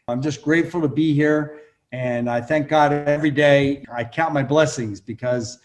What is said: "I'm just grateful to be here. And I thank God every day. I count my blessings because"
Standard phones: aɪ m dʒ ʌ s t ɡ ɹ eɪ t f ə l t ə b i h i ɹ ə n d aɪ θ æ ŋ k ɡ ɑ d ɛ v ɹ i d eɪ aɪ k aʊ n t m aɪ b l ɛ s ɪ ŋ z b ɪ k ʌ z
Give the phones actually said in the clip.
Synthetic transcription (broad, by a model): aɪ m dʒ ʌ s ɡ ɹ eɪ t f l t ə b i h i ɹ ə n aɪ θ æ ŋ k ɡ ɑ d ɛ v ɹ i d eɪ aɪ k aʊ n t m aɪ b l ɛ s ɪ ŋ z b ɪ k ʌ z